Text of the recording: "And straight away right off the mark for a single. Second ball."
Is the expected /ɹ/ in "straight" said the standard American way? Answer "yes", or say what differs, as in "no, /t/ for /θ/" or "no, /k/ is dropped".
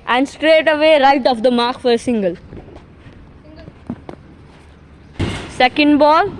yes